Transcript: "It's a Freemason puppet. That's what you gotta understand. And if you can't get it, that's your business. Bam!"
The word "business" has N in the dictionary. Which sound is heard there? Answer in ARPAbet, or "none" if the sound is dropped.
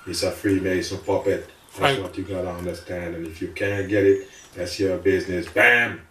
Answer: N